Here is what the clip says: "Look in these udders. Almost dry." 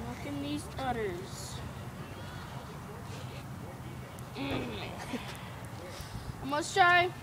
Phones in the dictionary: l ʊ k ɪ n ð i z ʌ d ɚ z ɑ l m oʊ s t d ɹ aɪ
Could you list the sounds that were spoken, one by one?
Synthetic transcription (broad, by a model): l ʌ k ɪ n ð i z ʌ d ɚ z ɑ m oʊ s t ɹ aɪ